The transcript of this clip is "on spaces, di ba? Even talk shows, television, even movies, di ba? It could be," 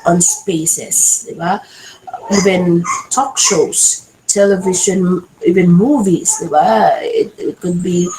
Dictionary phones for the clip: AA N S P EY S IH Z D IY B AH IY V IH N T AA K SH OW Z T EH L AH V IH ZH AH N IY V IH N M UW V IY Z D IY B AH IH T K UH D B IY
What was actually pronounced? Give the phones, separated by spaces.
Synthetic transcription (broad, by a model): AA N S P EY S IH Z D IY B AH IY V IH N T AA K SH OW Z T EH L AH V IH SH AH N IY V IH N M UW V IY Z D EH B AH IH T K UH D B IY